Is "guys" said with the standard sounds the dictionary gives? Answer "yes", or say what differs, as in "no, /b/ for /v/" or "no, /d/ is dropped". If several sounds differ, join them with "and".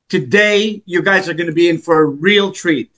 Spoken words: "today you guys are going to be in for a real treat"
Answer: yes